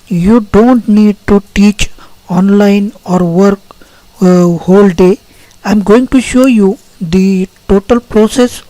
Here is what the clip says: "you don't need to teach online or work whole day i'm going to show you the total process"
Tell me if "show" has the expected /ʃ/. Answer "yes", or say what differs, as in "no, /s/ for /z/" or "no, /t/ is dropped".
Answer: yes